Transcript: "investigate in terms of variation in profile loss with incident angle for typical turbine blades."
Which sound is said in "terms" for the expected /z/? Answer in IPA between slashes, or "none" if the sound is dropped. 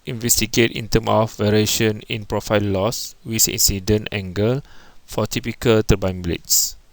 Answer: none